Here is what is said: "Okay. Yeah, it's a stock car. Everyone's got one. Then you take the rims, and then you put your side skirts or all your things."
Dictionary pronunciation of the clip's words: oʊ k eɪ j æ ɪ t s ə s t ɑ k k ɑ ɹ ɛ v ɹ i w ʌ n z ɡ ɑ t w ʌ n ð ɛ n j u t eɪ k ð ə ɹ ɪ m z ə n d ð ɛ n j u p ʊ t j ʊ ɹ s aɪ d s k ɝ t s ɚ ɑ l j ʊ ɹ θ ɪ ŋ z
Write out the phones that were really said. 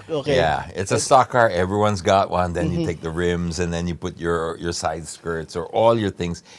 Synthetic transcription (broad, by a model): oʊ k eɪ j æ ɪ t s ə s t ɑ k k ɑ ɹ ɛ v ɹ i w ʌ n z ɡ ɑ t w ʌ n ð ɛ n j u t eɪ k ð ə ɹ ɪ m z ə n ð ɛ n j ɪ p ʊ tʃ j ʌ ɹ s aɪ d s k ɝ t s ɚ ɑ l j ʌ ɹ θ ɪ ŋ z